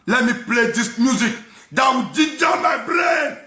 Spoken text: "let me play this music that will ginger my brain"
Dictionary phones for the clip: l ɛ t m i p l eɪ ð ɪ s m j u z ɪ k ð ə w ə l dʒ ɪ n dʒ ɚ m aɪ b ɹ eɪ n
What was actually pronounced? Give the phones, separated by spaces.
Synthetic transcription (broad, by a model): l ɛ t m i p l eɪ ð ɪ s m j u z ɪ k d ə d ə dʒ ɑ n m aɪ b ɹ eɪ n